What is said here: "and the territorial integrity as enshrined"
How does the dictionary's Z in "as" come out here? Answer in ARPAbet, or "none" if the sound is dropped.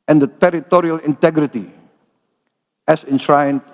S